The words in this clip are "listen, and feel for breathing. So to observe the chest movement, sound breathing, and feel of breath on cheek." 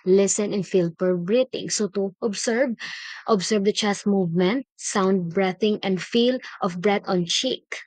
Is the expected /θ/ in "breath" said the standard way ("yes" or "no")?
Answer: no